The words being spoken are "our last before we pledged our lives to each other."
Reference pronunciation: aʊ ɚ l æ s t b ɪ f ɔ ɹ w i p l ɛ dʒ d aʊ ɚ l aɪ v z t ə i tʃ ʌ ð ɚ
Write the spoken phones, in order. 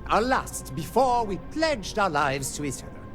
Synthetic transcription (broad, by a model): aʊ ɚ l æ s t b ɪ f ɔ ɹ w i p l ɛ dʒ d aʊ ɚ l aɪ v z t ə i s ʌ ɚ